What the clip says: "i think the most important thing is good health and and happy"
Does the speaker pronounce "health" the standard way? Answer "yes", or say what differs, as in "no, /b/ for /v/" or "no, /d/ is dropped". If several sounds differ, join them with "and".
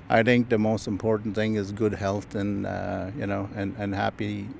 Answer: yes